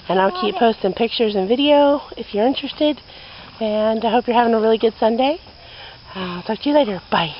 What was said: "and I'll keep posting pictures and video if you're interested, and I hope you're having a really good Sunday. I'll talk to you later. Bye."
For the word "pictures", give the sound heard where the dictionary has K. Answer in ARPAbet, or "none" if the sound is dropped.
K